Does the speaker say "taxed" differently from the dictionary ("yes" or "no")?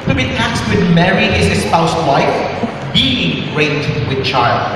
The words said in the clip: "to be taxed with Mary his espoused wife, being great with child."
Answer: yes